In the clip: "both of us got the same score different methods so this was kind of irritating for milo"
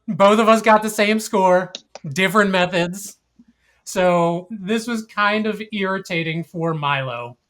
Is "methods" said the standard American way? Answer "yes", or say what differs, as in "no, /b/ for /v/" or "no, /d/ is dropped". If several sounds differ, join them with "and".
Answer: yes